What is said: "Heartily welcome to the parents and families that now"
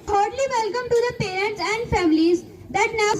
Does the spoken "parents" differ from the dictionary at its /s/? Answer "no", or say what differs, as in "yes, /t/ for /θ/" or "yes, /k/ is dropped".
no